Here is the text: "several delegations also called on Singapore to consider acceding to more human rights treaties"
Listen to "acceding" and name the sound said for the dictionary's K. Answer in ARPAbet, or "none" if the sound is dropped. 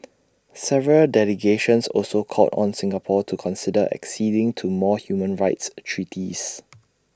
K